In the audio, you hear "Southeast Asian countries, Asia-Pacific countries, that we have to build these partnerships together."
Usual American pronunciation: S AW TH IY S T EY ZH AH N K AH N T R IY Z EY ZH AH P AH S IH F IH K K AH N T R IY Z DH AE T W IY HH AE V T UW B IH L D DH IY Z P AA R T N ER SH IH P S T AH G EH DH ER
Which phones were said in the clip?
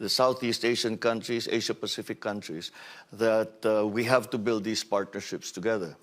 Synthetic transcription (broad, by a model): S AW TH IY S T EY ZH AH N K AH N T R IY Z EY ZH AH P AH S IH F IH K K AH N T R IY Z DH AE T W IY HH AE V T UW B IH L D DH IY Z P AA R T N ER SH IH P S T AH G EH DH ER